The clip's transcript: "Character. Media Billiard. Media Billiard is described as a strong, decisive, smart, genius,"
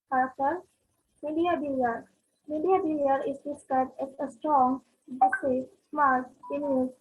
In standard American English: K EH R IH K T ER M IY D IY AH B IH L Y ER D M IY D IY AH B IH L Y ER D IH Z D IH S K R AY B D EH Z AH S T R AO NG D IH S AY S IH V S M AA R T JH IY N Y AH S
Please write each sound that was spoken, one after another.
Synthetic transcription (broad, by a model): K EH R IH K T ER M IY D IY AH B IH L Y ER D M IY D IY AH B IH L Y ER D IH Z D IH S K AY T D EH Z AH S T R AO NG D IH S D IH S M AA R T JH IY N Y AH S